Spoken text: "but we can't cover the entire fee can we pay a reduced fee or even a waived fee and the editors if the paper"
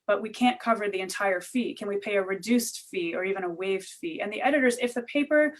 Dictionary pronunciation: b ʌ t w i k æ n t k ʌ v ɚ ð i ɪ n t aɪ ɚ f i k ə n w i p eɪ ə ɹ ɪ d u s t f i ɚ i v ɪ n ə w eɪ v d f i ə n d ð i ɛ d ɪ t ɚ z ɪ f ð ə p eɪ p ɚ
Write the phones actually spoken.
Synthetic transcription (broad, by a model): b ʌ t w i k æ n k ʌ v ɚ ð i ɪ n t aɪ ɚ f i k ə n w i p eɪ ə ɹ ɪ d u s t f i ɚ i v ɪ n ə w eɪ v d f i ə n ð i ɛ d ɪ t ɚ z ɪ f ð ə p eɪ p ɚ